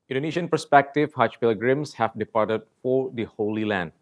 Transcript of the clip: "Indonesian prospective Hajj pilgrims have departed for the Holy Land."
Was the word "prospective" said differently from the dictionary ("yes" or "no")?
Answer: yes